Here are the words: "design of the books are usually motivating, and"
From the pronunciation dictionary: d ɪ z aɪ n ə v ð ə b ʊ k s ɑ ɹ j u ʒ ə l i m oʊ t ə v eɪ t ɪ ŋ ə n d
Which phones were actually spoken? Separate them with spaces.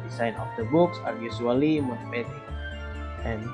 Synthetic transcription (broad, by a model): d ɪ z aɪ n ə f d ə b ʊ k s ɑ ɹ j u s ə l i m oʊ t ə p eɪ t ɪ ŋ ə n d